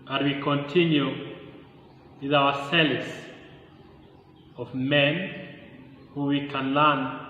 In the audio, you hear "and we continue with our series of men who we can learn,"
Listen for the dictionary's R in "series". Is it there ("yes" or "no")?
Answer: no